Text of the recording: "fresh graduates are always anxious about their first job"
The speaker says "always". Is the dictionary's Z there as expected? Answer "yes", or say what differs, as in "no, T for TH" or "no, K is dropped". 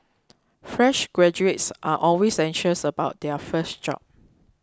no, S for Z